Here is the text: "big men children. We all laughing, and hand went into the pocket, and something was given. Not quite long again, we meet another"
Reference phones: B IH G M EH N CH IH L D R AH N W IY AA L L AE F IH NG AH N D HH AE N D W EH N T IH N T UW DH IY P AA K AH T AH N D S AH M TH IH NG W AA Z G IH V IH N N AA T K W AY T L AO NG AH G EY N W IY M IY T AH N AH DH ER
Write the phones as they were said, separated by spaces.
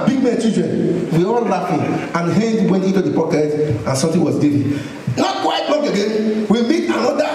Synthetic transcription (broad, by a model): B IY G M EH N CH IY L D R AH N W IY AA L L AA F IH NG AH N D HH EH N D W EH N T IH N T UW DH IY P AA K AH T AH N S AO M T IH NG W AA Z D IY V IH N N AA T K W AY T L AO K AH G EY N W IY M IY T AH N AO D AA